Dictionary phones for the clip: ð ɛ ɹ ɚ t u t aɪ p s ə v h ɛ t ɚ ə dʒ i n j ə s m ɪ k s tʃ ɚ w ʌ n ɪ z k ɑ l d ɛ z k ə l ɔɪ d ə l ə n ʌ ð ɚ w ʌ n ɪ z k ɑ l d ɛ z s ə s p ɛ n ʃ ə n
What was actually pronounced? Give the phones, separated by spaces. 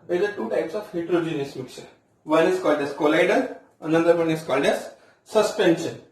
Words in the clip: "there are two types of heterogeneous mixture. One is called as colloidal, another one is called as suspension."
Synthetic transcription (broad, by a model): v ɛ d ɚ t u t aɪ p s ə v h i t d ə dʒ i n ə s m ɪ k tʃ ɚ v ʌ n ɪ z k ɑ l d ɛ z k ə l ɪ d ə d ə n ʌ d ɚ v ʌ n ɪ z k ɑ l d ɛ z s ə s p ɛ n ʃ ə n